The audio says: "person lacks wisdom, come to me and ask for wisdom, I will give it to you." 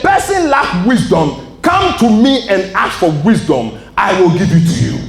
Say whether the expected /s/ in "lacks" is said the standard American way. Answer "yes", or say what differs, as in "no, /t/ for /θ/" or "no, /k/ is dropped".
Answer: no, /s/ is dropped